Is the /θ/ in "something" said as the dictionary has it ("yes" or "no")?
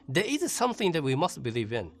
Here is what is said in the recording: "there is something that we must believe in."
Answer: yes